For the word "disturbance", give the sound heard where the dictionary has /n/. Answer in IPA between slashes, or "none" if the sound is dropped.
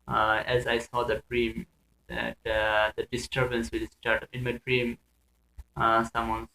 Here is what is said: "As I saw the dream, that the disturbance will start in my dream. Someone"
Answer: /n/